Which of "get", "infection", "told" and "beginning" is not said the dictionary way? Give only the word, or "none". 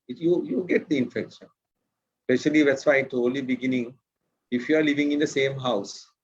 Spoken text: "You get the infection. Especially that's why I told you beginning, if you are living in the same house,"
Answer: told